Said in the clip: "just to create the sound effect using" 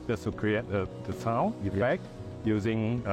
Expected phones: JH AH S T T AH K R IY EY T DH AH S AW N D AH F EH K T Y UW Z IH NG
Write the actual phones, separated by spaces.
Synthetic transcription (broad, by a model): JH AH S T S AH K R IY EY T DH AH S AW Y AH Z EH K Y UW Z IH NG